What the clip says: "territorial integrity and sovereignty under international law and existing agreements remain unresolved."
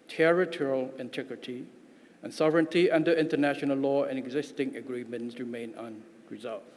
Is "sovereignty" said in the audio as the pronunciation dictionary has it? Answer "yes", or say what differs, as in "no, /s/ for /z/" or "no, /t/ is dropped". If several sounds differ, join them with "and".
yes